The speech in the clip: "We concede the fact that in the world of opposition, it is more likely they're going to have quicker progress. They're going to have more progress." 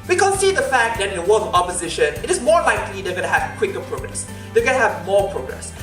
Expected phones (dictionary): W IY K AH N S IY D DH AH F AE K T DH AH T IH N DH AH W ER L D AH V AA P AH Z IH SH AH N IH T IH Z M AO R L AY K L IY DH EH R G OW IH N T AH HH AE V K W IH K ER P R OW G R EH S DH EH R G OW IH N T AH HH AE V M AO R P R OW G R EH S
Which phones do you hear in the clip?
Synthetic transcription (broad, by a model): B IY K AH S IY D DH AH F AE K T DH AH T IH N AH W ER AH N AA P AH Z IH SH AH N IH T IH Z M AO R L AY K L IY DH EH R G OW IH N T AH HH AE V K W IH K ER P R OW G R EH S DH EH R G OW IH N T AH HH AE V M AO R P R OW G R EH S